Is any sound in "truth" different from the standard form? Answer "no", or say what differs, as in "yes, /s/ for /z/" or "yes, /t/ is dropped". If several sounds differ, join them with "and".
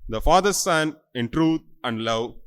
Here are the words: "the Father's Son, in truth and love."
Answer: yes, /t/ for /θ/